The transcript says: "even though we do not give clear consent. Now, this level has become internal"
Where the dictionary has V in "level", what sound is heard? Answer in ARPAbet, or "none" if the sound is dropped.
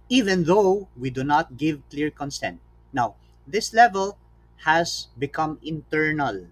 V